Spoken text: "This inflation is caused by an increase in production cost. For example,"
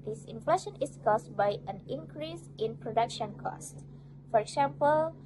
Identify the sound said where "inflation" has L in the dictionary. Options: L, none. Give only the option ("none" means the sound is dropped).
L